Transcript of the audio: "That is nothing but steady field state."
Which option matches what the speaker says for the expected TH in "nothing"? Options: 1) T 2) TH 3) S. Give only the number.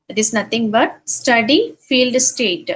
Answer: 1